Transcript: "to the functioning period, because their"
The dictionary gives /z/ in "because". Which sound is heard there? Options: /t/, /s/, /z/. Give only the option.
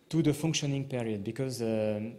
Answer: /z/